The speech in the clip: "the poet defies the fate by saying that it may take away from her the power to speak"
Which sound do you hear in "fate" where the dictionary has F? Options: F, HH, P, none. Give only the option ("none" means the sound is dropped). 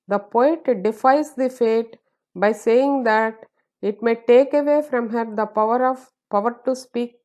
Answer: F